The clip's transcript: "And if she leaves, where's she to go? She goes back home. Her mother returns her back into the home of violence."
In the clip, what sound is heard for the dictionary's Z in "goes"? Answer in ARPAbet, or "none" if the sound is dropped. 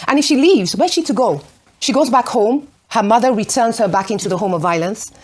Z